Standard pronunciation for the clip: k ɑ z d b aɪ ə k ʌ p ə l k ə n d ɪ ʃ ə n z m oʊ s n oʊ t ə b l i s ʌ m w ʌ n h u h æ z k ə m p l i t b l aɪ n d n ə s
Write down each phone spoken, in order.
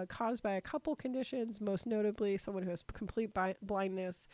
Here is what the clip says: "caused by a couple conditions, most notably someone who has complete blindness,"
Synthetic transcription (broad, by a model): k ɑ z b aɪ ə k ʌ p l k ə n d ɪ ʃ ə n z m oʊ s n oʊ t ə b l i s ʌ m w ʌ n h u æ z k m p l i t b l aɪ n n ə s